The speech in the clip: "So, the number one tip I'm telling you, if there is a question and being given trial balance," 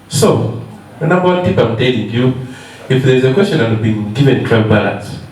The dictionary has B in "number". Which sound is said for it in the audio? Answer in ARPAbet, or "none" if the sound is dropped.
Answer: none